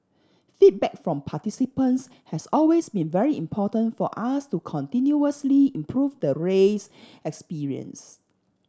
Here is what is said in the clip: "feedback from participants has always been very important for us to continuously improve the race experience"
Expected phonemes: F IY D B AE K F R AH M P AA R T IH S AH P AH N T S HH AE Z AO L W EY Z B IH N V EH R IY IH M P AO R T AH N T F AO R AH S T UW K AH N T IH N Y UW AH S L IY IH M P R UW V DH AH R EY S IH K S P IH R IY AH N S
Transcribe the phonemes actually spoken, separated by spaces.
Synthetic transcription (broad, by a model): F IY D B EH K F R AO M P AA T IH S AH P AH N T S HH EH S AO L W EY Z B IH N V EH R IY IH M P AO T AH N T F AO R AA S T UW K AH N T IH N Y UW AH S L IY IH M P R UW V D AH R EY S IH K S P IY R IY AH N S